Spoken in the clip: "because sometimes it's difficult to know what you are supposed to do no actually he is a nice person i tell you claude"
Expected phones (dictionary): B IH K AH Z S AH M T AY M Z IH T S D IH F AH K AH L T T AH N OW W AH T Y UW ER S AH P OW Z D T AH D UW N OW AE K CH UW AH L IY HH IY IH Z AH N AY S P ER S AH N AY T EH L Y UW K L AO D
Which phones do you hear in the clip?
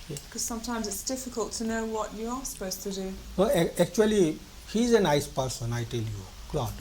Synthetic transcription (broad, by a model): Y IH K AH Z S AH M T AY M Z IH T S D IH F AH K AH L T T AH N OW W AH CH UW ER S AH P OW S T AH D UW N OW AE K CH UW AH L IY HH IY Z AH N AY S P ER S AH N AY T EH L Y UW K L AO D